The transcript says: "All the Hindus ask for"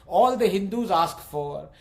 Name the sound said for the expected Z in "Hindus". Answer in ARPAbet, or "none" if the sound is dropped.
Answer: Z